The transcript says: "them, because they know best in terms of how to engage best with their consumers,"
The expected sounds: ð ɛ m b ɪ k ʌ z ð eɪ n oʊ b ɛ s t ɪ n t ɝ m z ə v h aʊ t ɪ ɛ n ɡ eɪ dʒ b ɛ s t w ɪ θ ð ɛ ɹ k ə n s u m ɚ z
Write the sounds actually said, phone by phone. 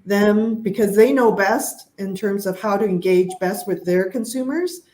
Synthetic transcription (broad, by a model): ð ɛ m b ɪ k ʌ z ð eɪ n oʊ b ɛ s t ɪ n t ɝ m z ə v h aʊ t ɪ ɛ n ɡ eɪ dʒ b ɛ s t w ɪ ð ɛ ɹ k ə n s u m ɚ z